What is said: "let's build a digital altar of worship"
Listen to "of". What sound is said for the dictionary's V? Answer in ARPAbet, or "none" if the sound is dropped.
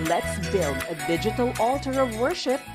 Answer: V